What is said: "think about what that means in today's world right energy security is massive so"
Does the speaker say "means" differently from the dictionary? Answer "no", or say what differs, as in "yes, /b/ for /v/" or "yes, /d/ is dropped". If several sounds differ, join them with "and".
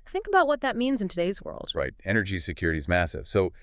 no